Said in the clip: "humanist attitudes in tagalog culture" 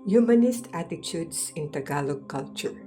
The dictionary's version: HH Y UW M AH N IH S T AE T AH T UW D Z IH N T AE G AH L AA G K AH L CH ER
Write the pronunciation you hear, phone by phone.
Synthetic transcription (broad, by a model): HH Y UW M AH N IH S T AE T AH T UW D S IH N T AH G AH L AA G K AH L CH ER